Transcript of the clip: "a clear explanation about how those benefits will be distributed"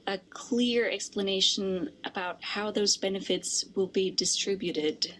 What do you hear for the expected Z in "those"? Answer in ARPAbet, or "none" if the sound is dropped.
Z